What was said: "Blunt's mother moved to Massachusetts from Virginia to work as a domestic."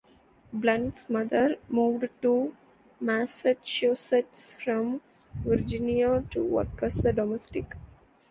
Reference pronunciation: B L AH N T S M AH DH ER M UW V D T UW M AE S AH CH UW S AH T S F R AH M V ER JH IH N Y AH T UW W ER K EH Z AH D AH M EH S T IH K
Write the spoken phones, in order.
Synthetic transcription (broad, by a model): B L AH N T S M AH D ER M UW V D T UW M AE S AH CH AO S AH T S F R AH M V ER JH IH N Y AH T UW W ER K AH S AH D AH M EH S T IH K